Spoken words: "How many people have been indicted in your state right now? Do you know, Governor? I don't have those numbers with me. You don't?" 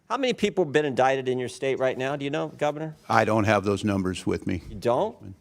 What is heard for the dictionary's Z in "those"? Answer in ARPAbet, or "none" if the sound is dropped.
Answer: Z